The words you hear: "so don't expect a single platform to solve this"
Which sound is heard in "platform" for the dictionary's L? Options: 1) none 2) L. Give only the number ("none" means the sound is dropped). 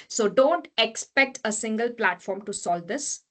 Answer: 2